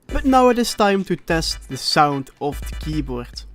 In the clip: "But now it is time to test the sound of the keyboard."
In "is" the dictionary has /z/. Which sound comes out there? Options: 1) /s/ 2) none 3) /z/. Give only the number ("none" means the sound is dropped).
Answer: 1